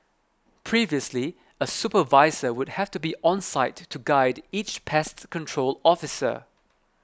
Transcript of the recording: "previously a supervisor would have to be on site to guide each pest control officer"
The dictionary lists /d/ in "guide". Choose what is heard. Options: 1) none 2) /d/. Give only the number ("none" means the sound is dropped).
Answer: 2